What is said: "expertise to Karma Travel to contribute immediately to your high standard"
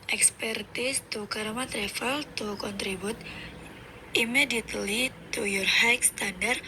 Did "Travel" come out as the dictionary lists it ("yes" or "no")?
no